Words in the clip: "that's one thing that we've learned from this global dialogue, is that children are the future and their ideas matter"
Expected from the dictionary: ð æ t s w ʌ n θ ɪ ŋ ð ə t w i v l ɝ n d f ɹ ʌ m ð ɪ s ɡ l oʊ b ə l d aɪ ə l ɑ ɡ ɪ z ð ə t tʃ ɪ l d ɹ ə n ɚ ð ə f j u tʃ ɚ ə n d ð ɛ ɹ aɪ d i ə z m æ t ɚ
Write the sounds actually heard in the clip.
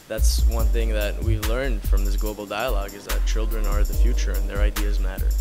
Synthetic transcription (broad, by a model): ð æ t s w ʌ n θ ɪ ŋ ð ə t w i v l ɝ n d f ɹ ʌ m ð ɪ s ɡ l oʊ b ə l d aɪ ə l ɑ ɡ ɪ z ð ə t tʃ ɪ l d ɹ ə n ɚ ð ə f j u tʃ ɚ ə n ð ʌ ɹ aɪ d i ə z m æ t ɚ